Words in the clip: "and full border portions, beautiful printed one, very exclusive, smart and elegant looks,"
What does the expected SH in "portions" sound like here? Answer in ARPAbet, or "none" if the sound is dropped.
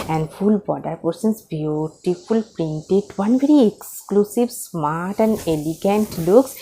S